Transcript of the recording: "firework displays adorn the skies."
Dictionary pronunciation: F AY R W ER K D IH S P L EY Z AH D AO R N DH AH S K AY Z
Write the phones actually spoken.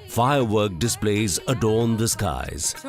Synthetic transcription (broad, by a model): F AY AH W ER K D IH S P L EY Z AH D AO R N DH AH S K AY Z